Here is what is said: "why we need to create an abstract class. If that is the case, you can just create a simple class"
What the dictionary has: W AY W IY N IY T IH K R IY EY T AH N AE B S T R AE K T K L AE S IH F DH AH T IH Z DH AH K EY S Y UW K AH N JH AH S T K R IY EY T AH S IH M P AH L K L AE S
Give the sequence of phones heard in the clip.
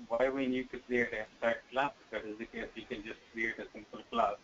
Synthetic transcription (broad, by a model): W AY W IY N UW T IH K R IY EY T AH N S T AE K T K L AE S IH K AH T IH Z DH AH K EY S Y UW K AH N JH AH S T K R IY EY T AH S IH M P AH L K L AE S